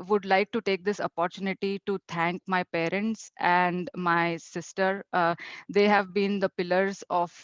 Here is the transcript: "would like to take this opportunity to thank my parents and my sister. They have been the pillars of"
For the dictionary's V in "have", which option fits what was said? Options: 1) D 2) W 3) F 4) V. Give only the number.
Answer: 4